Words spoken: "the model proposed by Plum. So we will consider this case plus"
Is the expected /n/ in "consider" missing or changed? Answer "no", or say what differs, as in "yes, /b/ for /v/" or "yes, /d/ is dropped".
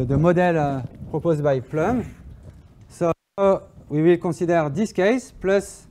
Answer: yes, /n/ is dropped